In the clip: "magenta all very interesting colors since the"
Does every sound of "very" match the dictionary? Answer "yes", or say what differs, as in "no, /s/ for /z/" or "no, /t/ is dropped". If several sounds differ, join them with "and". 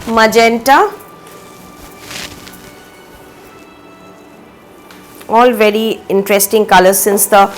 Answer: yes